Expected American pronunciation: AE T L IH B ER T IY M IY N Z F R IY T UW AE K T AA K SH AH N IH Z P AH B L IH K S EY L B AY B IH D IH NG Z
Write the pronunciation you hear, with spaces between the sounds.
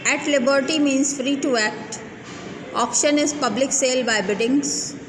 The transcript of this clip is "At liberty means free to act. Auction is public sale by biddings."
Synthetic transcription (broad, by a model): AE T L IH B ER T IY M IY N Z F R IY T UW AE K T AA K SH AH N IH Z P AH B L IH K S EY L B AY B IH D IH NG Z